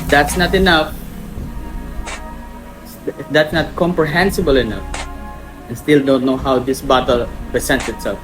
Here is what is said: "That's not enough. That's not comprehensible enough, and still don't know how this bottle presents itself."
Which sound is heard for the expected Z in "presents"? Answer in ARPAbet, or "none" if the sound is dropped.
S